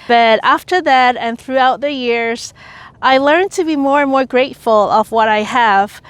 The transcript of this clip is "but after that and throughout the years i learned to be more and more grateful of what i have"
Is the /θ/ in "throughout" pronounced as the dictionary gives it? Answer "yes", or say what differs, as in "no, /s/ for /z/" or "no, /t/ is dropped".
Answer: yes